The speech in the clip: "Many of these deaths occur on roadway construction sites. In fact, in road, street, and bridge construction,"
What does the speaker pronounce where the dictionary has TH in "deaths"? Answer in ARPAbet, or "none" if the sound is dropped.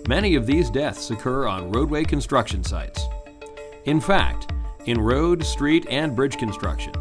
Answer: TH